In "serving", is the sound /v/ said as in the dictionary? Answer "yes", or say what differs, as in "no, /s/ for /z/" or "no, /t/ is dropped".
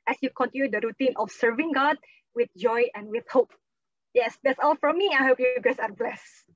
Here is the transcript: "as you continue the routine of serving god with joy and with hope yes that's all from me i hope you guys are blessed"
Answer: yes